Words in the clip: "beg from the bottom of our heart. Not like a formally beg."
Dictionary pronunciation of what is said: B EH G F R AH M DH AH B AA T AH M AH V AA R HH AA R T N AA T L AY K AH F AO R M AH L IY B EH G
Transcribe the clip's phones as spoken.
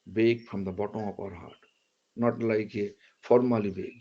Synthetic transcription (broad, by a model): B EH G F R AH M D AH B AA T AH AH P AA R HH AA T N AA T L AY K AH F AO R M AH L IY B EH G